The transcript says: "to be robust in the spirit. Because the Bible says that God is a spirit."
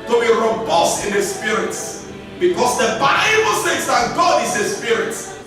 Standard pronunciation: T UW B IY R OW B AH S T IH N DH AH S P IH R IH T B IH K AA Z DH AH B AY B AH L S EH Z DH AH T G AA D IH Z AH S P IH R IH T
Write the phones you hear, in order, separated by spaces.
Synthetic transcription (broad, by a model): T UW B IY R OW B AH S T IH N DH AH S P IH R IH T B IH K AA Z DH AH B AY B AH L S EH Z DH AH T G AA D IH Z AH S P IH R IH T